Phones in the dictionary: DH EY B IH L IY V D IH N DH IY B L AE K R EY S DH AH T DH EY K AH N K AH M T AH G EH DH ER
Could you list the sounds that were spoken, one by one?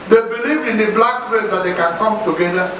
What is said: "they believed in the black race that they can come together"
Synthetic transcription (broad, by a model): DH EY B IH L IY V IH N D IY B L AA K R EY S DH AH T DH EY K AH N K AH M T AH G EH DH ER